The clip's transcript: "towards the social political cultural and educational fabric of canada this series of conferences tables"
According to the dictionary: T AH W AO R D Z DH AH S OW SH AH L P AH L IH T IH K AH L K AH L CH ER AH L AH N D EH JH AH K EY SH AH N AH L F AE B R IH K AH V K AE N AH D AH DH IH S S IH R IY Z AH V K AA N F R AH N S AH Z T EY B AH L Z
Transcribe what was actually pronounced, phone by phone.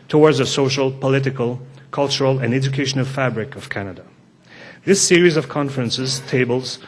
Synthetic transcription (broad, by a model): T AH W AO R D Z DH AH S OW SH AH L P AH L IH T IH K AH L K AH L CH ER AH L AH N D EH JH AH K EY SH AH N AH L F AE B R IH K AH V K AE N AH D AH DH IH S S IH R IY Z AH V K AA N F R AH N S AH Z T EY B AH L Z